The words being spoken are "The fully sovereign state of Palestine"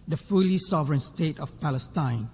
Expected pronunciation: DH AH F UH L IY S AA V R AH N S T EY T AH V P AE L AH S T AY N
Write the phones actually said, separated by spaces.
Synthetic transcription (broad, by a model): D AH F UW L IY S AA V R AH N S T EY T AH F P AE L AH S T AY N